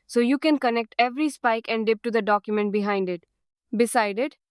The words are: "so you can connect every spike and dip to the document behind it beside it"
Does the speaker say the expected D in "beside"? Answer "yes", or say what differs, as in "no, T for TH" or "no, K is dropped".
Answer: yes